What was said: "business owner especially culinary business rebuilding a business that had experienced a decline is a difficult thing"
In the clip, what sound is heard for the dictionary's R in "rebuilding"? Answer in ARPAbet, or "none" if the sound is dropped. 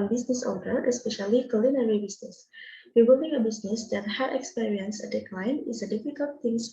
W